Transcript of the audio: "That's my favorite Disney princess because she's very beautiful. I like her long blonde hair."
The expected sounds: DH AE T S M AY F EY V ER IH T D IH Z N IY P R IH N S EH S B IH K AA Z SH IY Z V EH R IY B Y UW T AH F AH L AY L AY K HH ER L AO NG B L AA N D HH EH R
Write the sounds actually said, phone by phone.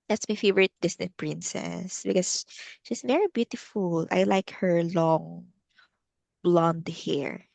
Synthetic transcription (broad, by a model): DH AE T S M AY F EY V ER IH T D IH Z N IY P R IH N S EH S B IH K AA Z SH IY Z V EH R IY B Y UW T AH F AH L AY L AY K HH ER L AO NG B L AA N D HH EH R